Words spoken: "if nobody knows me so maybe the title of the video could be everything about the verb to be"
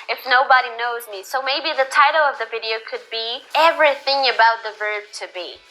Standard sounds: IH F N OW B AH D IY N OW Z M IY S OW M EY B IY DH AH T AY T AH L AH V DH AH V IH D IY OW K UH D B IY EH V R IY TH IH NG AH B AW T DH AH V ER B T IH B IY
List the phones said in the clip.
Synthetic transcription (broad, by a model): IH F N OW B AH D IY N OW Z M IY S OW M EY B IY DH AH T AY T L AH V DH AH V IH D IY OW K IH D B IY EH V R IY TH IH NG AH B AW T DH AH V ER B T IH B IY